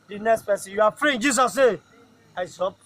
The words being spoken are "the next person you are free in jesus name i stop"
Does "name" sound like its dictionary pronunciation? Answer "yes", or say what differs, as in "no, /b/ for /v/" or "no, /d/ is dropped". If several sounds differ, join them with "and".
no, /m/ is dropped